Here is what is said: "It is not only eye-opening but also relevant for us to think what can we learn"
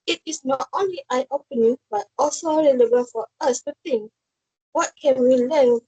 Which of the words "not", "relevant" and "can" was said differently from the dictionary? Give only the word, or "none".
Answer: relevant